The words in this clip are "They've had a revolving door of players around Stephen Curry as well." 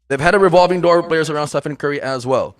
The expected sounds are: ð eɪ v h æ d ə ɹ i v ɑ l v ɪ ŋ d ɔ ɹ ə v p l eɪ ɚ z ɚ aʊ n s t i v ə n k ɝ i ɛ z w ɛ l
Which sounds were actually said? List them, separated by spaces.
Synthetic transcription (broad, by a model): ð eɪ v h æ d ə ɹ i v ɑ l v ɪ ŋ d ɔ ɹ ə p l eɪ ɚ z ɚ aʊ n s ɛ f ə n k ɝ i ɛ z w ɛ l